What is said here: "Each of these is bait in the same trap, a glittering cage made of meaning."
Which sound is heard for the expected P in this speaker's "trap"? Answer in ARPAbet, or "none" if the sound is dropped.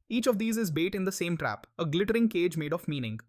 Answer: P